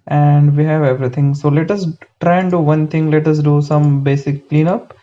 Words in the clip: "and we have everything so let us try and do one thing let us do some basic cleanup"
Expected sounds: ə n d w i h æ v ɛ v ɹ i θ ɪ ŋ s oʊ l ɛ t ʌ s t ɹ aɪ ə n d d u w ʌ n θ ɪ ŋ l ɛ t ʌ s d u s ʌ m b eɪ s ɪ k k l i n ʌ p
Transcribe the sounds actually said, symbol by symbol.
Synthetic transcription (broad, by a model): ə n d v i h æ v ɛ v ɹ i t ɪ ŋ s oʊ l ɛ t ʌ s t ɹ aɪ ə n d d u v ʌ n t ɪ ŋ l ɛ t ʌ s d u s ʌ m b eɪ s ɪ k k l i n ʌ p